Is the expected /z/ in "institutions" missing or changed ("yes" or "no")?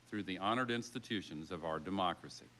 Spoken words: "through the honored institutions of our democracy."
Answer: no